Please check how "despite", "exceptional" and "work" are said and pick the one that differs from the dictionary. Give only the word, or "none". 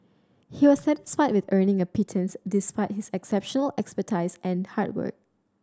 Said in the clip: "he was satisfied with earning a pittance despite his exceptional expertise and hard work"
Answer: none